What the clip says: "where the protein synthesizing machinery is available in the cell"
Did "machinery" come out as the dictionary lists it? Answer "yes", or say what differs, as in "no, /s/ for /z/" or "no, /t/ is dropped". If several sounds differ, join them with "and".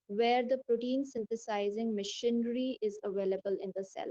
yes